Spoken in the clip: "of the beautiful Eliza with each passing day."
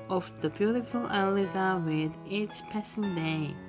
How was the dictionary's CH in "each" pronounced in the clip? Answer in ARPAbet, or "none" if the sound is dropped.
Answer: S